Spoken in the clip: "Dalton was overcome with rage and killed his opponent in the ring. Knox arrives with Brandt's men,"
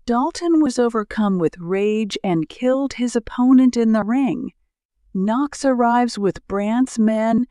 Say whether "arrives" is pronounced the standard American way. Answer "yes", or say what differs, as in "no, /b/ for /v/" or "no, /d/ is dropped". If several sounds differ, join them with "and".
yes